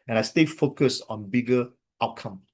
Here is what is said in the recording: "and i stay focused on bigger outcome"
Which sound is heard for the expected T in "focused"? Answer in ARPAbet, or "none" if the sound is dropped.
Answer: none